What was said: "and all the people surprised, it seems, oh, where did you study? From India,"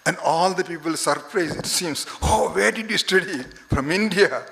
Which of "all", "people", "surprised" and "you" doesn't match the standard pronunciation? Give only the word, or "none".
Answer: surprised